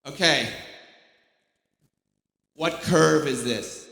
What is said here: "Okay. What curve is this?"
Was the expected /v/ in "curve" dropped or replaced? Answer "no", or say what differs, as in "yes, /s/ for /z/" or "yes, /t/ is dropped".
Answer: no